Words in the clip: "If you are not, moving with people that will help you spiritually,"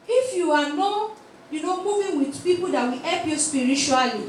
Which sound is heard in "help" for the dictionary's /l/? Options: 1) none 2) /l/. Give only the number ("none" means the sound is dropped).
1